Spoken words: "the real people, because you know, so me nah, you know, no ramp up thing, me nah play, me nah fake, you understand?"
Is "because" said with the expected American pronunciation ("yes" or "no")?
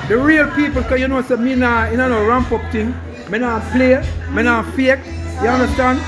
no